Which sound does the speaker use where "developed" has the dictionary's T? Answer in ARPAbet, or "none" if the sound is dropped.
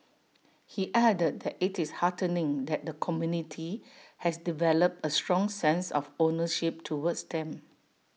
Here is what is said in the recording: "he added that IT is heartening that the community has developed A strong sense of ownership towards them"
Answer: T